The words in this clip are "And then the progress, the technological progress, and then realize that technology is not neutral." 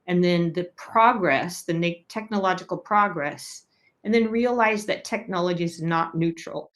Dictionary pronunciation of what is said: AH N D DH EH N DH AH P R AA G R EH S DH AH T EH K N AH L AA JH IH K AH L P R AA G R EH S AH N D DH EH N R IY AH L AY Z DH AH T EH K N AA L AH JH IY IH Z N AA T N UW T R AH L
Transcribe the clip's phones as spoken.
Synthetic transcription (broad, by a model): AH N DH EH N DH AH P R AA G R EH S DH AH T EH K N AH L AA JH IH K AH L P R AA G R EH S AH N DH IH N R IY AH L AY Z DH AH T EH K N AA L AH JH IY IH Z N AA T N UW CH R L